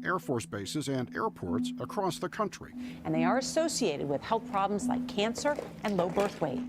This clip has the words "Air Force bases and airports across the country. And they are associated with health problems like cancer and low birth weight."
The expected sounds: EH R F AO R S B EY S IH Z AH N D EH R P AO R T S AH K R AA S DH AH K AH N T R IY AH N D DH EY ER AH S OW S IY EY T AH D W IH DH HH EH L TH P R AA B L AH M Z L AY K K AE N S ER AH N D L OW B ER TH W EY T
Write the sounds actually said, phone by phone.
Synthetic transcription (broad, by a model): EH R F AO R S B EY S IH Z AH N D EH R P AO R T S AH K R AA S DH AH K AH N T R IY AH N DH EY ER AH S OW S IY EY T AH D W IH DH HH EH L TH P R AA B L AH M Z L AY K K AE N S ER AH N L OW B ER TH W EY